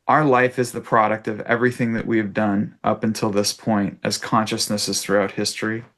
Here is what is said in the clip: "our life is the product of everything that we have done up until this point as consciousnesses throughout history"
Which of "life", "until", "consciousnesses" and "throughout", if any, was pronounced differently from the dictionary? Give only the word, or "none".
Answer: none